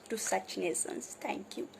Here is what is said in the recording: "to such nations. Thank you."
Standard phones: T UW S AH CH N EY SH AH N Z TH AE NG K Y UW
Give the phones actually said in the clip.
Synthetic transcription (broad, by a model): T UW S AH CH N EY S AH N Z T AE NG K Y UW